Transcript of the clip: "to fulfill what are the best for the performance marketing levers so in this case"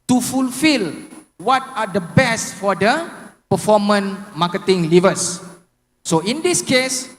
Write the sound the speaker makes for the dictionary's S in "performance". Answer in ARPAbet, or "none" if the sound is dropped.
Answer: none